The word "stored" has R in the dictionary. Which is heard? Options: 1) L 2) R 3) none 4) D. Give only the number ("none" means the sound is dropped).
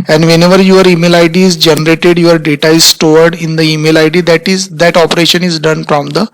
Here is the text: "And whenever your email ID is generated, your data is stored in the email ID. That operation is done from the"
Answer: 2